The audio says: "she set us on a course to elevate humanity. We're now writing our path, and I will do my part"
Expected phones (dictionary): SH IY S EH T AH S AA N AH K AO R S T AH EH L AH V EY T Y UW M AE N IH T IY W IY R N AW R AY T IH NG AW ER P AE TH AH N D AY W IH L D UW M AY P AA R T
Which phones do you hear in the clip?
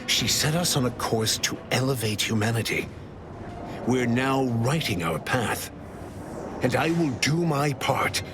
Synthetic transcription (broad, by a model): SH IY S EH T AH S N AH K AO R S T AH EH L AH V EY T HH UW M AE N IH T IY W IY R N AW R AY T IH NG AW ER P AE TH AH N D AY W IH L D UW M AY P AA R T